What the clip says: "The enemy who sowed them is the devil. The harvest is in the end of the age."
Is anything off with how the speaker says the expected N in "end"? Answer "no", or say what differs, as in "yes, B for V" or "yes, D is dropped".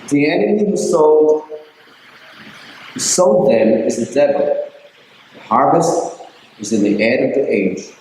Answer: yes, N is dropped